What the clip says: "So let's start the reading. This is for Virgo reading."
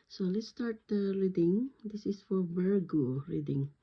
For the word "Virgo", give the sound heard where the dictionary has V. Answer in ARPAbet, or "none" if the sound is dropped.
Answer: B